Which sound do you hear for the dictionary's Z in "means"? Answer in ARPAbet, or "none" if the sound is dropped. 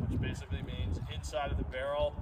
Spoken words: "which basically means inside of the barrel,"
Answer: Z